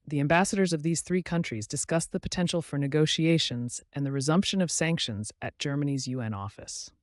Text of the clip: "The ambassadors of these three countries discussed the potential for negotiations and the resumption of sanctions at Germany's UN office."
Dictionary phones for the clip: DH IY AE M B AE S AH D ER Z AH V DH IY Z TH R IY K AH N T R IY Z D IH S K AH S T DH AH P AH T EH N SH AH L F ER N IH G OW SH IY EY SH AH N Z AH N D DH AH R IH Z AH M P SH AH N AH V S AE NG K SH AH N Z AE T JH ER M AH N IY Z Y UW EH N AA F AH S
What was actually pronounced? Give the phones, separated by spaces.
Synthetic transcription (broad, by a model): DH IY AE M B AE S AH D ER Z AH V DH IY Z TH R IY K AH N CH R IY Z D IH S K AH S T DH AH P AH T EH N SH L F ER N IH G OW SH IY EY SH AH N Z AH N DH AH R IH Z AH M P SH AH N AH V S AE NG K SH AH N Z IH T JH ER M AH N IY Z Y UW EH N AA F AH S